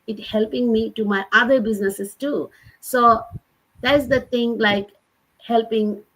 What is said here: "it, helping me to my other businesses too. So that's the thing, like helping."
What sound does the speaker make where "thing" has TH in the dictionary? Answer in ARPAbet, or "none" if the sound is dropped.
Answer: T